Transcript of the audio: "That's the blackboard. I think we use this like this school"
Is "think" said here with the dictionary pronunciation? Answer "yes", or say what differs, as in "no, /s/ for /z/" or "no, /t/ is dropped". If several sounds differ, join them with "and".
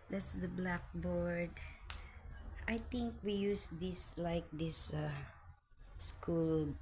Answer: no, /t/ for /θ/